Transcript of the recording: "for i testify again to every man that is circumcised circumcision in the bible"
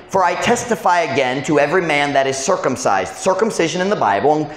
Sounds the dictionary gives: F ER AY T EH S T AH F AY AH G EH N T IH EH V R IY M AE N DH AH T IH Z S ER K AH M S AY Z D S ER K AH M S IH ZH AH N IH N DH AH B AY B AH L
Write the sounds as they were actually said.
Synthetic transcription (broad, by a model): F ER AY T EH S T AH F AY AH G EH N T IH EH V R IY M AE N DH AH T IH Z S ER K AH M S AY Z D S ER K AH M S IH ZH AH N IH N DH AH B AY B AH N